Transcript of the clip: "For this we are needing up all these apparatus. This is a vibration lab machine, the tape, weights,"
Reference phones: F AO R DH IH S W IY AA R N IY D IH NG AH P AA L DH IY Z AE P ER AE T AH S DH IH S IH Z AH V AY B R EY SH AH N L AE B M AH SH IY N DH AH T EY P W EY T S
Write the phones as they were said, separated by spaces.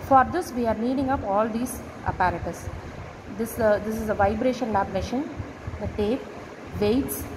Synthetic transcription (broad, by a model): F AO R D IH S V IY AA R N IY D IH NG AH P AA L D IY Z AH P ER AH T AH S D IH S IH Z AH V AY B R EY SH AH N L AE B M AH SH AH N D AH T EY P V EY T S